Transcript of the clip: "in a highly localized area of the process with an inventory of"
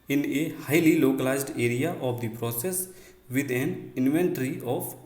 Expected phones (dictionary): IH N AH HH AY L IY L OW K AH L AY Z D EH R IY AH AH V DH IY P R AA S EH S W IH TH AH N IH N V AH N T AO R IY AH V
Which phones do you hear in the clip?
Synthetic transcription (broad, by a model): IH N AH HH AY L IY L OW K AH L AY Z D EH R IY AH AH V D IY P R AA S EH S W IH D AH N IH N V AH N T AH R IY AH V